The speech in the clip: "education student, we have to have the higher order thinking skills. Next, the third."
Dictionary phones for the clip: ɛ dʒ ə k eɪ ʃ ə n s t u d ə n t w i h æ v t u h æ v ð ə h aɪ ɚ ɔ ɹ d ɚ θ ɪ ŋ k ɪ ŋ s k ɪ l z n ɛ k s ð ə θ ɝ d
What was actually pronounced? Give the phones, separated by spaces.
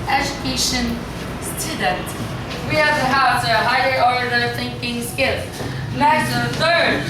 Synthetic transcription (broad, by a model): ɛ dʒ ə k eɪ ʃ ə n s t u d ə n t w i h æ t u h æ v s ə h aɪ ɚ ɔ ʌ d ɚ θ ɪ ŋ k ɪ ŋ s k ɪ l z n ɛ s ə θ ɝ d